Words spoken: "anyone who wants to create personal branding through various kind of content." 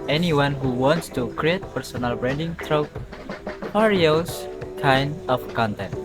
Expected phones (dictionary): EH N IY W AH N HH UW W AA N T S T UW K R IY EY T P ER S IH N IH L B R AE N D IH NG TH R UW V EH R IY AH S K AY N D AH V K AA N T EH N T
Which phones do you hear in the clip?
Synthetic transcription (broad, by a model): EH N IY W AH N HH UW W AA N T S T UW K R IY EY T P ER S IH N IH L B R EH N D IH NG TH R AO P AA R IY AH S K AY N AH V K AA N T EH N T